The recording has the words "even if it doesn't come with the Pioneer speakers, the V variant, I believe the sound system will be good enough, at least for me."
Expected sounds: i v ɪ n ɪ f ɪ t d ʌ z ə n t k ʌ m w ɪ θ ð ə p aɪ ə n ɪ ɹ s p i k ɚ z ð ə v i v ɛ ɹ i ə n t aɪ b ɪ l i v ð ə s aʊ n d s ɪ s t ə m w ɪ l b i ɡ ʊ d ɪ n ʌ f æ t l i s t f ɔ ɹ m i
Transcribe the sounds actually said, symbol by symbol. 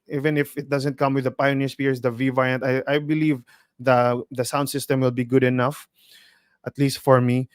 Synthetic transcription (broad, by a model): i v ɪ n ɪ f ɪ t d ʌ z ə n t k ʌ m w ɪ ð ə p aɪ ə n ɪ ɹ s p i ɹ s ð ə v i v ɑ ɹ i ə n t aɪ b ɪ l i v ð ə s aʊ n d s ɪ s t ə m w ɪ l b i ɡ ʊ d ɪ n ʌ f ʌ t l i s t f ɔ ɹ m i